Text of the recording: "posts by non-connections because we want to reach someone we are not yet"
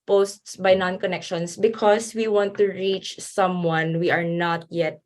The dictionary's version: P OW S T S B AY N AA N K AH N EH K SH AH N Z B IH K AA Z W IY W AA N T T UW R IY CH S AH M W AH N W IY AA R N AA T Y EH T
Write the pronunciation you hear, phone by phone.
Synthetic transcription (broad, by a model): P OW S T S B AY N AA N K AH N EH K SH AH N S B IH K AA S W IY W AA N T T UW R IY CH S AH M W AH N W IY AA R N AA T Y EH T